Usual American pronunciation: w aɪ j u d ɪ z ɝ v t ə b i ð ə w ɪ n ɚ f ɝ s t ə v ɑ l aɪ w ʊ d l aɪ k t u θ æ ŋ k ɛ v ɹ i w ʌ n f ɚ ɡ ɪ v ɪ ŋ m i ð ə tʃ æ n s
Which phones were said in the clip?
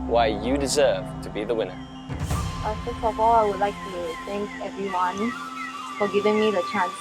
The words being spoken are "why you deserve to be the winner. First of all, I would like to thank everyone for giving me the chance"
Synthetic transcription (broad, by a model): w aɪ j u d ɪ z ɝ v t ə b i ð ə w ɪ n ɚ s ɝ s ə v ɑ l aɪ w ʊ d l aɪ k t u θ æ ŋ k ɛ v ɹ i w ʌ n f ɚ ɡ ɪ v ɪ ŋ m i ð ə tʃ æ n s